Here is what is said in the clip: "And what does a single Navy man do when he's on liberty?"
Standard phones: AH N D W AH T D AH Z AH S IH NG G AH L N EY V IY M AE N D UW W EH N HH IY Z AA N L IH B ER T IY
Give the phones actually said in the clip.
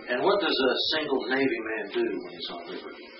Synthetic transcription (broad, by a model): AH N W AH T D AH Z AH S IH NG G L N EY V IY M AE N D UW W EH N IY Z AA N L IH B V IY